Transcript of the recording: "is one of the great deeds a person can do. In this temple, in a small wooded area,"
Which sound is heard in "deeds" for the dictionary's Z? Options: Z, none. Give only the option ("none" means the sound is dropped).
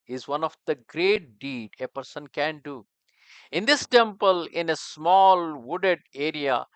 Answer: none